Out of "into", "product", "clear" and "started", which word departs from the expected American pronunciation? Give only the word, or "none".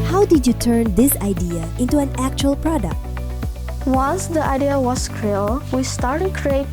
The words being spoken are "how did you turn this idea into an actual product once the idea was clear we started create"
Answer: clear